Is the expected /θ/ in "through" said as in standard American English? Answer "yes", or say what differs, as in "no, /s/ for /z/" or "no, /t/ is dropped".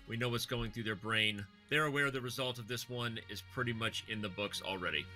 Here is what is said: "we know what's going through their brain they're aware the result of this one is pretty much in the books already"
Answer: yes